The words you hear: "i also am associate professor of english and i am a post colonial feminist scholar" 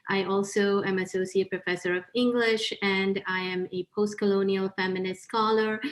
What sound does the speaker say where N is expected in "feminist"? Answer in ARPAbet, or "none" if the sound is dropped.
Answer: N